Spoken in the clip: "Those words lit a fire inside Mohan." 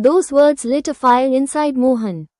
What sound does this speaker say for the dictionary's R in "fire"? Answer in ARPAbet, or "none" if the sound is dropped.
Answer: L